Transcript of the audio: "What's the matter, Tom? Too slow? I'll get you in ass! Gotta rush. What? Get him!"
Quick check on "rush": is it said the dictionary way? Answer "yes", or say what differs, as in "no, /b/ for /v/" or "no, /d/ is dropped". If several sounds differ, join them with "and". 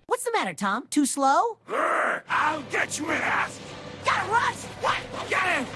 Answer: no, /s/ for /ʃ/